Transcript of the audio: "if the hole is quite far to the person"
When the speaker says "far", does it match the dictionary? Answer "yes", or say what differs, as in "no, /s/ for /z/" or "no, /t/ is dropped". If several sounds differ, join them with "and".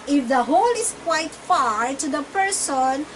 yes